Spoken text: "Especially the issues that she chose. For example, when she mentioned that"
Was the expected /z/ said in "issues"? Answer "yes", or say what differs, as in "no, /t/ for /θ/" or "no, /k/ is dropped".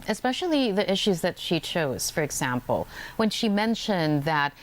yes